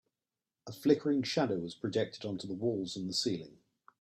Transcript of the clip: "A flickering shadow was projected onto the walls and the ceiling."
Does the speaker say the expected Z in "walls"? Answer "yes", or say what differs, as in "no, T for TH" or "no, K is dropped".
yes